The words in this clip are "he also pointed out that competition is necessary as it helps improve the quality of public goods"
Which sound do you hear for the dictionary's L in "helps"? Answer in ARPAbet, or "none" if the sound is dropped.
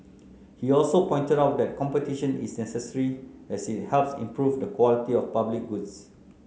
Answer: L